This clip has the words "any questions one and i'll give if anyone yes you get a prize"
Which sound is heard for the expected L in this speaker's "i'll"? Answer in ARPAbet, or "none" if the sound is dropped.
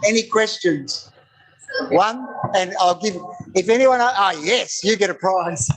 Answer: L